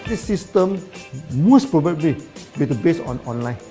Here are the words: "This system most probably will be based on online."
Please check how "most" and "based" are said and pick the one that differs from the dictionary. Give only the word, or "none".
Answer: based